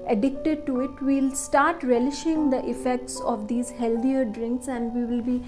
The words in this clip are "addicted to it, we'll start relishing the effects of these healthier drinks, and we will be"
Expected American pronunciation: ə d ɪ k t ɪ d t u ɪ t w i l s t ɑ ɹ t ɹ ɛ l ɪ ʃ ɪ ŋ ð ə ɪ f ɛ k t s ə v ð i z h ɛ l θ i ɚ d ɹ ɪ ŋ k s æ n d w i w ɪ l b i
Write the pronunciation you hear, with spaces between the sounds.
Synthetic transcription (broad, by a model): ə d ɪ k t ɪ d t u ɪ t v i l s t ɑ ɹ t ɹ ɛ l ɪ ʃ ɪ ŋ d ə ɪ f ɛ k t s ə v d i z h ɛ l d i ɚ d ɹ ɪ ŋ k s æ n d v i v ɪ l b i